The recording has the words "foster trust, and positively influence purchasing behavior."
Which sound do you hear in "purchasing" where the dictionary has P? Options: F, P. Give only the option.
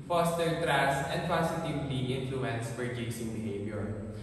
F